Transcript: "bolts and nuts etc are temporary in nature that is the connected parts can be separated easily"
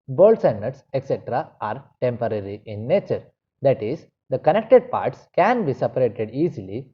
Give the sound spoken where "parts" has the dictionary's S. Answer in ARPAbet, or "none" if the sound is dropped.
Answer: S